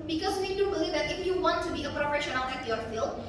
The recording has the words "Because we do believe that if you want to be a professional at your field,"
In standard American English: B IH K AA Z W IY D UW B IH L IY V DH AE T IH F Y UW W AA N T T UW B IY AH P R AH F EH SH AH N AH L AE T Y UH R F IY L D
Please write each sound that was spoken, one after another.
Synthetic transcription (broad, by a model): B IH K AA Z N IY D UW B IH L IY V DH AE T IH F Y UW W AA N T T UW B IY AH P R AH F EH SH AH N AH N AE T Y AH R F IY L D